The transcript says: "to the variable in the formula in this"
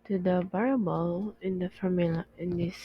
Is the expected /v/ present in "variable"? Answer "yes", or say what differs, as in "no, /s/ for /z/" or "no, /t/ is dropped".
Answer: no, /b/ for /v/